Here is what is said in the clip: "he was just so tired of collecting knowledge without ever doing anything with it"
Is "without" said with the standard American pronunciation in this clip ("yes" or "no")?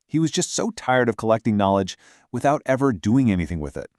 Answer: yes